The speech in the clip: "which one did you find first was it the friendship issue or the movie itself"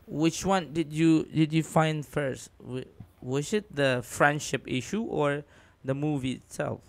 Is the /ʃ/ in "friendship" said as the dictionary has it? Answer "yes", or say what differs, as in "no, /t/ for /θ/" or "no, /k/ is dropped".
yes